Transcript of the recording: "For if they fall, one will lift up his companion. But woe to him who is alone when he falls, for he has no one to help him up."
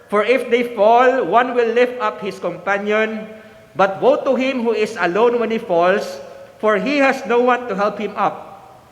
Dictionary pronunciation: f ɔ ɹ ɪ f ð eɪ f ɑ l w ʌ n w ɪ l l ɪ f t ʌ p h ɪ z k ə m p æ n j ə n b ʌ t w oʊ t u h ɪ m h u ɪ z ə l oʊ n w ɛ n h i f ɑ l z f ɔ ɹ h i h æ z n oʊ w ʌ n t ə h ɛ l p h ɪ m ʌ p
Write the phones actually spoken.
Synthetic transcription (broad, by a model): f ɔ ɹ ɪ f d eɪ f ɑ l w ʌ n w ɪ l l ɪ f t ʌ p h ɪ s k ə m p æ n j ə n b ʌ t w oʊ t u h ɪ m h u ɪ s ə l oʊ n w ɛ n h i f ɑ l s f ɔ ɹ h i h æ s n oʊ w ʌ n t ə h ɛ l p h ɪ m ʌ p